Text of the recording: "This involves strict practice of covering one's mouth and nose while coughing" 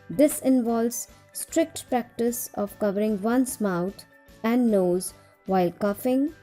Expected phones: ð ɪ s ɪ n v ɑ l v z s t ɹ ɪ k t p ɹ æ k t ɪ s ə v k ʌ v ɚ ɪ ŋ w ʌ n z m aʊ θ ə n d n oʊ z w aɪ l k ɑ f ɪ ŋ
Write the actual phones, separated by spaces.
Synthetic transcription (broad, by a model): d ɪ s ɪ n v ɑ l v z s t ɹ ɪ k t p ɹ æ k t ɪ s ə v k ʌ v ɚ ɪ ŋ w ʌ n s m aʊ t ə n d n oʊ z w aɪ l k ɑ f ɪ ŋ